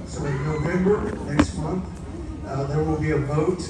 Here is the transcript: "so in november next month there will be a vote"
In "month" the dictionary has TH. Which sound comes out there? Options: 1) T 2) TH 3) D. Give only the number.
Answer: 2